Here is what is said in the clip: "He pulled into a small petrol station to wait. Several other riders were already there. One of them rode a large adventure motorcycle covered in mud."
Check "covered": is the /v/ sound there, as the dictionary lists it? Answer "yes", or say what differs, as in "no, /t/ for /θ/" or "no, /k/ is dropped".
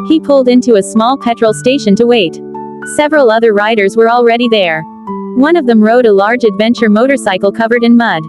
yes